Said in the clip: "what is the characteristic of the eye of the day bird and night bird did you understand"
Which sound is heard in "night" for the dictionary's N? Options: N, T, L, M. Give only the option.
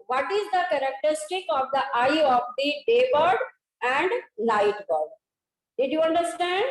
L